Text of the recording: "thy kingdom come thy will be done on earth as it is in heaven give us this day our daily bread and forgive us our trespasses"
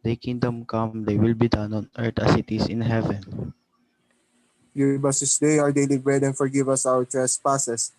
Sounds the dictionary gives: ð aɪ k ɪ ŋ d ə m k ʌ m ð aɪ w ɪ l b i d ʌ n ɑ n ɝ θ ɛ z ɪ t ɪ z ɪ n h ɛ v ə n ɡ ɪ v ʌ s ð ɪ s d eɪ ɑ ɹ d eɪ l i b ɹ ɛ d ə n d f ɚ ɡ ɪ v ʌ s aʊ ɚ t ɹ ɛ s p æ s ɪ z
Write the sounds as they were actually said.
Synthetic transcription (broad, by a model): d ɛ k ɪ ŋ d ə m k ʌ m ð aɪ w ɪ l b i d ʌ n ɑ n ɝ t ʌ s ɪ t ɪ s ɪ n h ɛ v ə n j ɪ b ʌ s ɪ s d eɪ ɑ ɹ d eɪ l i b ɹ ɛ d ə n f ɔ ɡ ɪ v ʌ s aʊ ɚ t ɹ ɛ s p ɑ s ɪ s